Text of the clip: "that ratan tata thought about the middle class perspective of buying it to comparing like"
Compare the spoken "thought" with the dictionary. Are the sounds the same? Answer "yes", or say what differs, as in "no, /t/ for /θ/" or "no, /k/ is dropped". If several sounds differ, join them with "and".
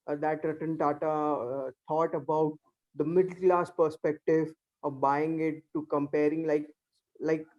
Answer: no, /t/ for /θ/